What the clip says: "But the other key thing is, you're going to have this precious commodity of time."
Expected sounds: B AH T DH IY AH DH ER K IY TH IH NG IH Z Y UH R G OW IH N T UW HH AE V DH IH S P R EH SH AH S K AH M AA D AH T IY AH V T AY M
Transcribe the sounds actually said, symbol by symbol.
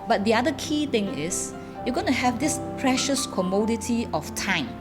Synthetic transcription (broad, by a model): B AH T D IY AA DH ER K IY T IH NG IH S Y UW G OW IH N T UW HH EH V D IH S P R EH SH AH S K AH M AA D AH T IY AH F T AY M